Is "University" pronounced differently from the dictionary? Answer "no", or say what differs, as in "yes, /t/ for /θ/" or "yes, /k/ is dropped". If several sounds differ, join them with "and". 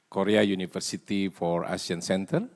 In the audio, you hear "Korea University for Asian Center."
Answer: yes, /f/ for /v/